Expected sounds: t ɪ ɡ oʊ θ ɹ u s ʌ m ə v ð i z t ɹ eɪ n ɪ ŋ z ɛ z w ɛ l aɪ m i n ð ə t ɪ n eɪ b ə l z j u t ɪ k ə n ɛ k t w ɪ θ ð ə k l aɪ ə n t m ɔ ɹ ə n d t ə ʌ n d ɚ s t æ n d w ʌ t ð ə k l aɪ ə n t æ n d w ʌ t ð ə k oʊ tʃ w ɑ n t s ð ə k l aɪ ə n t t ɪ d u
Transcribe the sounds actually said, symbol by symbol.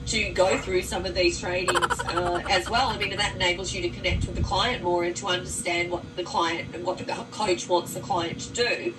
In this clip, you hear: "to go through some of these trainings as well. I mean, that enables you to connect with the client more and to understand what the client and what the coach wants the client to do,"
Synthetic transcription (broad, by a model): t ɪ ɡ oʊ θ ɹ u s ʌ m ə v ð i z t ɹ eɪ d ɪ ŋ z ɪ z w ɛ l aɪ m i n ð ə t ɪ n eɪ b l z j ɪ t ɪ k ə n ɛ k t w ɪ ð ə k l aɪ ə n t m ɔ ɹ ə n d t ə ʌ n d ɚ s t æ n d w ʌ t ð ə k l aɪ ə n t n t w ʌ t ð ə k oʊ tʃ w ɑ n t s ð ə k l aɪ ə n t t ɪ d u